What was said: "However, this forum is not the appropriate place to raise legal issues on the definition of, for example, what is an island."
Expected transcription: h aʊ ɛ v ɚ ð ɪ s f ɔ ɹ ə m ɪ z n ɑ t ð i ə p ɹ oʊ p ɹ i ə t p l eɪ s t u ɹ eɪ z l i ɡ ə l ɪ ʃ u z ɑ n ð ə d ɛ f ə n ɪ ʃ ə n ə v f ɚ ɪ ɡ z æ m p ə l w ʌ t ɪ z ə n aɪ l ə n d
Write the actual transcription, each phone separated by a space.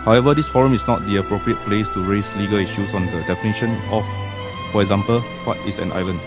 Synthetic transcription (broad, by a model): h aʊ ɛ v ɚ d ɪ s f ɔ ɹ ə m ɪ s n ɑ t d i ə p ɹ oʊ p ɹ i ə t p l eɪ s t u ɹ eɪ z l i ɡ ə l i ʃ u s ɑ n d ə d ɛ f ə n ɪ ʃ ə n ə f f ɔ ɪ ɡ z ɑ m p ə l w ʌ t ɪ s ə n aɪ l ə n